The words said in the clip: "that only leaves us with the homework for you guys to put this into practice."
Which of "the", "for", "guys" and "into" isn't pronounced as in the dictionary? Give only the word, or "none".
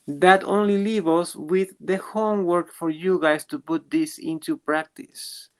guys